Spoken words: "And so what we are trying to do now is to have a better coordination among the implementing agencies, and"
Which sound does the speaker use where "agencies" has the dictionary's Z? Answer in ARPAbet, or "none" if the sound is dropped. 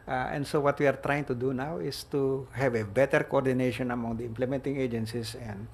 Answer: S